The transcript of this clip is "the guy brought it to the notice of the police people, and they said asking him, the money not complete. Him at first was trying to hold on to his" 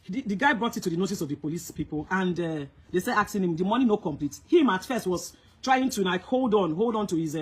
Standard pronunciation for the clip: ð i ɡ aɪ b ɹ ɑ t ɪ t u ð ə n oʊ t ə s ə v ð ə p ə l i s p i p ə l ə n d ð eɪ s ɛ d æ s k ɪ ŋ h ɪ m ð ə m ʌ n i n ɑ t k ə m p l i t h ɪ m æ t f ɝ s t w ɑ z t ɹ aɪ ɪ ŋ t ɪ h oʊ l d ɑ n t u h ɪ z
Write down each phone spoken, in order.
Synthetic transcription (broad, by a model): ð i ɡ aɪ b ɹ ɑ t ɪ t u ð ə n oʊ t ə s ə v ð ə p ə l i s p i p ə l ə n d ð eɪ s ɛ d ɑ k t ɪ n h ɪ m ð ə m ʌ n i n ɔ k ə m p l i t h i m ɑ t f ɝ s t w ɑ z t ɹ aɪ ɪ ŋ t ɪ h oʊ l d ɑ n t u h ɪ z